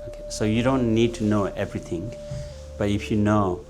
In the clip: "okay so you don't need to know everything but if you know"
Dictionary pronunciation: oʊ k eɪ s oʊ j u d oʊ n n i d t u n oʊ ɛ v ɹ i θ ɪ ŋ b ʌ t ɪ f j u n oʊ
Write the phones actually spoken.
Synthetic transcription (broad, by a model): oʊ k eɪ s oʊ j u d oʊ n n i d t u n oʊ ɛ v ɹ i t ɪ ŋ b ʌ t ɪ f j u n oʊ